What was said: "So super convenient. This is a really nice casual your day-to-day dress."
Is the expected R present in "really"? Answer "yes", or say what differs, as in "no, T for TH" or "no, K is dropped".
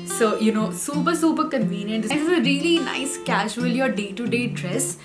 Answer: yes